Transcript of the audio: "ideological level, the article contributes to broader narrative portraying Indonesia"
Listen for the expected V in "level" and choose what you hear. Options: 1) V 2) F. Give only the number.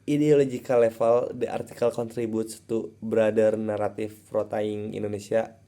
2